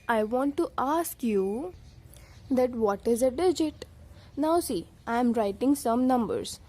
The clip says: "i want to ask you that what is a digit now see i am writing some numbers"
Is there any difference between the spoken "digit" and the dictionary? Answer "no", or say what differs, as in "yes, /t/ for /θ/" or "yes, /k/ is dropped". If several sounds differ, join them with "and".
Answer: no